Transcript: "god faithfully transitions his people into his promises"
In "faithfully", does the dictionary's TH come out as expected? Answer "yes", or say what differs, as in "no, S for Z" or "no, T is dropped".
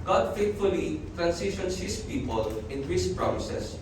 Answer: no, T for TH